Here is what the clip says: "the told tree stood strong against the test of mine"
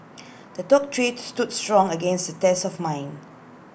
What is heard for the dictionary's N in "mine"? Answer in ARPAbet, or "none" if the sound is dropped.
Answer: N